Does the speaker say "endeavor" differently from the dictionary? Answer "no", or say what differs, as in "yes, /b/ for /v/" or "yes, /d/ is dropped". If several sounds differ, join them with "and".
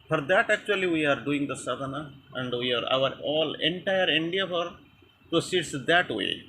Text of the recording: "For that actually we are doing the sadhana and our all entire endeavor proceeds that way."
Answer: yes, /f/ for /v/